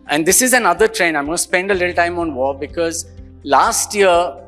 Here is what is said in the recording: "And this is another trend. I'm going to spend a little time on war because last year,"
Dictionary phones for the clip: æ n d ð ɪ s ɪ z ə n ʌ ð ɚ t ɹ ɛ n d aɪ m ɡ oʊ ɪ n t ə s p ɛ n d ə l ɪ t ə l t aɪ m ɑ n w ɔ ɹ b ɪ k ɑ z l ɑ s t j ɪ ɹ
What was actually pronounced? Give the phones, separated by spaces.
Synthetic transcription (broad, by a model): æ n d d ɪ s ɪ z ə n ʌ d ɚ t ɹ ɛ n aɪ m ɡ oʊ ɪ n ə s p ɛ n d ə l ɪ t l t aɪ m ɑ n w ɔ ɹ b ɪ k ɑ z l ɑ s t j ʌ ɹ